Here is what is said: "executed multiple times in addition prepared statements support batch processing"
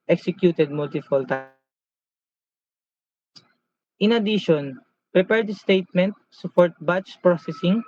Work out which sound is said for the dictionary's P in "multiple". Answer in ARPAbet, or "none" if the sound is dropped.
F